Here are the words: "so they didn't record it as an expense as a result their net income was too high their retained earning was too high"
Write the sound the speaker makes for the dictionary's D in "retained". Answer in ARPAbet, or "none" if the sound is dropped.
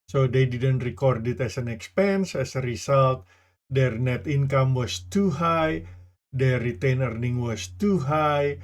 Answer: none